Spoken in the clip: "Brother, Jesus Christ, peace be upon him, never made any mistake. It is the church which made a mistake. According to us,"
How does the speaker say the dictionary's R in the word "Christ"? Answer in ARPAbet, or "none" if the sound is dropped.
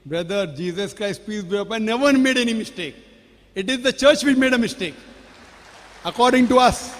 R